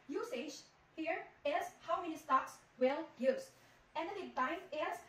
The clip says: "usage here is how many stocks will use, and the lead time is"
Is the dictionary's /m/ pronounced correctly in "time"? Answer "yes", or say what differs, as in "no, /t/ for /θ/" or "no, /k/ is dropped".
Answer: no, /m/ is dropped